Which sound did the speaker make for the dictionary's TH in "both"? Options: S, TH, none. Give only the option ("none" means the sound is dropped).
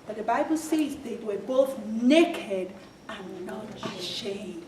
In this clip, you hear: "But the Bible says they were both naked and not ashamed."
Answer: TH